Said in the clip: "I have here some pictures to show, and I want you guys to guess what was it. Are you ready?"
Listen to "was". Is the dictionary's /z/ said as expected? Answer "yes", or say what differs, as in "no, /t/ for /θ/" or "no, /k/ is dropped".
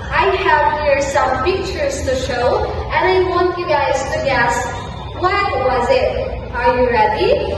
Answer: yes